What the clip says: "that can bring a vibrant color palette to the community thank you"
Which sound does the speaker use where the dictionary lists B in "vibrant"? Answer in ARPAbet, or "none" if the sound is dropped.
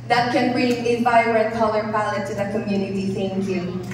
none